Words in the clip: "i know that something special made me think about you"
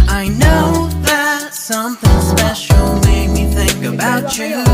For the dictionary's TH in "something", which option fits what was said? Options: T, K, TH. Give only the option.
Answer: TH